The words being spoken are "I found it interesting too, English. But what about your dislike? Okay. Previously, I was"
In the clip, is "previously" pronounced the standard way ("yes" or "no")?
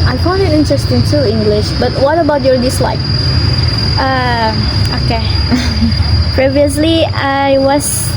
yes